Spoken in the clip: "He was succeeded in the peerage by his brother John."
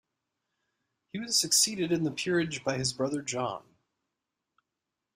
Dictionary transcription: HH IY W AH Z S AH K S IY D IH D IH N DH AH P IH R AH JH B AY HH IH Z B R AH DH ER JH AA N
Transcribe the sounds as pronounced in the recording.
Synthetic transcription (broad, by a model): HH IY W AH Z S AH K S IY D IH D IH N DH AH P IH R AH JH B AY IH Z B R AH DH ER JH AA N